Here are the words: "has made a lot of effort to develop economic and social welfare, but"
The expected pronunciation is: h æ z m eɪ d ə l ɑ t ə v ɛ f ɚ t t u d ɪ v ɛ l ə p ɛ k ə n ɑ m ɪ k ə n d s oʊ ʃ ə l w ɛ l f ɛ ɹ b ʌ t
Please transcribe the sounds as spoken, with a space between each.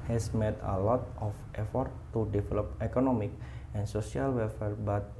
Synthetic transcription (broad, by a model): h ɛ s m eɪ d ə l ɑ t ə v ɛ f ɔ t t u d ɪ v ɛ l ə p ɛ k ə n ɑ m ɪ k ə n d s oʊ s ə l w ɛ l f ɛ ɹ b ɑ t